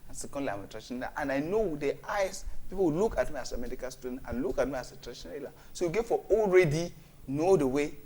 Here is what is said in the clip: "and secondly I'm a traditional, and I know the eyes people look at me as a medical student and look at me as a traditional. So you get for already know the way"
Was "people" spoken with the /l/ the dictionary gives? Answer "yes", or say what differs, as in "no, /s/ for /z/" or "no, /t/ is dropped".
no, /w/ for /l/